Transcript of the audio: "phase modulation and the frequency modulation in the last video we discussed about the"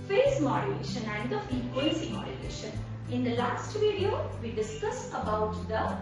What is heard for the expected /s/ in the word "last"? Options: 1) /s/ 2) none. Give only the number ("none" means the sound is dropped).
1